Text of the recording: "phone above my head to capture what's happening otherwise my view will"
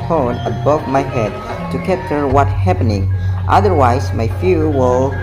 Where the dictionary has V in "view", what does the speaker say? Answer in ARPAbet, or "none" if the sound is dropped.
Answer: F